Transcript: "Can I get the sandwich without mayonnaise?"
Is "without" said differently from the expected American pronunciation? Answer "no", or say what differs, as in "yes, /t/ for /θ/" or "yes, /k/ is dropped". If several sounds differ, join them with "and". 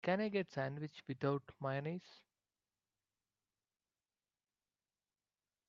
yes, /t/ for /θ/